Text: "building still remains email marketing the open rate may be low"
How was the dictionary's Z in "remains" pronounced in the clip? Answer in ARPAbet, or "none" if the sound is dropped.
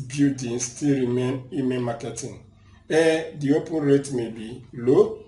none